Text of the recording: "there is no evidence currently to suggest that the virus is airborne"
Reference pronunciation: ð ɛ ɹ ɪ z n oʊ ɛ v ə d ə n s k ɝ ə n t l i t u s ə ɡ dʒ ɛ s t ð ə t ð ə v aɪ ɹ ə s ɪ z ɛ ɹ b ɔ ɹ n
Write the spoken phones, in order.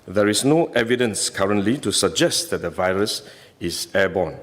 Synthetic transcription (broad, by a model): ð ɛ ɹ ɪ s n oʊ ɛ v ə d ə n s k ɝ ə n t l i t u s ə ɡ dʒ ɛ s t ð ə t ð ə v aɪ ɹ ə s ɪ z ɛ b ɔ n